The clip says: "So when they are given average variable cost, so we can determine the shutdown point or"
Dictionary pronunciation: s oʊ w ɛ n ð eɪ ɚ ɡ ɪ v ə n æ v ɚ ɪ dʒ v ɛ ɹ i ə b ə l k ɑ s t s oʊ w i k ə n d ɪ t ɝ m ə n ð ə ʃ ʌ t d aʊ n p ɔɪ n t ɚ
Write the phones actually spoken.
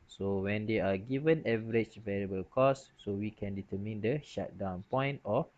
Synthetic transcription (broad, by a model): s oʊ w ɛ n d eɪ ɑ ɡ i v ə n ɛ v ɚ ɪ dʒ v ɛ ɹ i ə b ə l k ɑ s s oʊ w i k ə n d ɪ t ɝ m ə n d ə ʃ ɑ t d aʊ n p ɔɪ n t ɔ